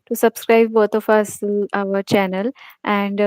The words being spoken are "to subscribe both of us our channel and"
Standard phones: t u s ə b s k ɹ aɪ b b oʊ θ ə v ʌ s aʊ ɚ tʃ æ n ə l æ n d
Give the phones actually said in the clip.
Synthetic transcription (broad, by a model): t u s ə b s k ɹ aɪ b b oʊ t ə f ʌ s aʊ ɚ tʃ æ n ə l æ n d